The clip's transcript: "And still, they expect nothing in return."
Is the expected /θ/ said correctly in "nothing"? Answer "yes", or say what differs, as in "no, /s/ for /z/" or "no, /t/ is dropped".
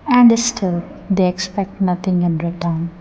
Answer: no, /t/ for /θ/